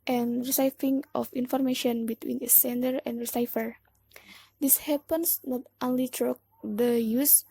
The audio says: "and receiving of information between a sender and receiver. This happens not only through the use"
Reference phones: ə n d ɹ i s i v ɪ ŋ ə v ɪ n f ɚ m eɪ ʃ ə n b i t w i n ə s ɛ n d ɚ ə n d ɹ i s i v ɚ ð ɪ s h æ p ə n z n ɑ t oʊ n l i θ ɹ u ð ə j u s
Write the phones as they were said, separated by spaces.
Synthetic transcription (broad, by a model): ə n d ɹ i s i f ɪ ŋ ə f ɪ n f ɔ m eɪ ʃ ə n b i t w i n ə s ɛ n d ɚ ə n d ɹ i s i f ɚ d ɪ s h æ p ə n s n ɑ t oʊ n l i t ɹ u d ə j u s